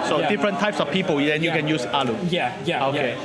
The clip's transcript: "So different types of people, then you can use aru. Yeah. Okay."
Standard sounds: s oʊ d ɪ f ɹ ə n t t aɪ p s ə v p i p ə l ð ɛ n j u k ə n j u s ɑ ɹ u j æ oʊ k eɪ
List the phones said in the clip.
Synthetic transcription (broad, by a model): s oʊ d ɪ f ɹ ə n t t aɪ p s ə f p i p ə l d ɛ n j u k ə n j u s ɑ l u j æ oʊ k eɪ